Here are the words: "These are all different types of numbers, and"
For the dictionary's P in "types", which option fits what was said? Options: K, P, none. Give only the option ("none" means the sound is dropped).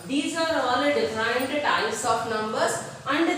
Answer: none